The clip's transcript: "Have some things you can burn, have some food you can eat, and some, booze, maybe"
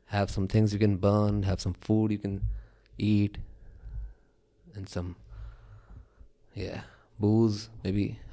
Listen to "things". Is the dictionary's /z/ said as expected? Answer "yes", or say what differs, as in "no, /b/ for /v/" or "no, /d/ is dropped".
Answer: yes